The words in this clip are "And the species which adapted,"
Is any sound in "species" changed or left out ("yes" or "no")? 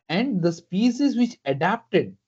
yes